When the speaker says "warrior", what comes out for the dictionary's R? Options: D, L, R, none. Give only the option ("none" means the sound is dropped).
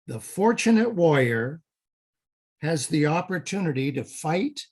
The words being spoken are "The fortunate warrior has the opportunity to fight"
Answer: none